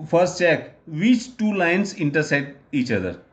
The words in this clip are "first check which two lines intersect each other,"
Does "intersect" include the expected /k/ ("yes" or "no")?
no